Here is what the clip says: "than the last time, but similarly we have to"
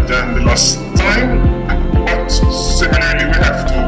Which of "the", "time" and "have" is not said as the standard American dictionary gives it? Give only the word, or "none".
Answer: have